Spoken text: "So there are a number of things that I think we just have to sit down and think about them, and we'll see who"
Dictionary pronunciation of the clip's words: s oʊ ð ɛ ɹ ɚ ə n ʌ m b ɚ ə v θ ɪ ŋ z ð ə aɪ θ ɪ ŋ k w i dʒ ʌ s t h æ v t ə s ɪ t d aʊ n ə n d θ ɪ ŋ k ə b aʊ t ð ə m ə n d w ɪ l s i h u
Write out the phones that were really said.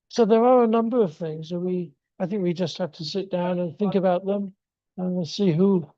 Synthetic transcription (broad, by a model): s oʊ ð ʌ ɹ ɚ ə n ʌ m b ɚ ə v θ ɪ ŋ z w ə aɪ θ ɪ ŋ k w i dʒ ʌ s t h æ f t ə s ɪ t d aʊ n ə n θ ɪ ŋ k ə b aʊ t ð ə m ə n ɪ s i h u